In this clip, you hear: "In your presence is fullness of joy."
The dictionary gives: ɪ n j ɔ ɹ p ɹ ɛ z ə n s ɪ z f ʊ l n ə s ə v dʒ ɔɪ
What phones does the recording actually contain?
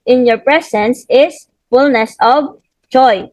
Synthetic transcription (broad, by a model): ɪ n j ɔ ɹ p ɹ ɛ s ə n s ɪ s f ʊ l n ə s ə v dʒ ɔɪ